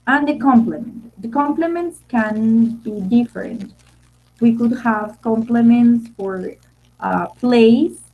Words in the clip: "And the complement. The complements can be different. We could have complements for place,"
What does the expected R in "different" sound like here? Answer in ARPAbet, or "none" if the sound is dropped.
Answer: R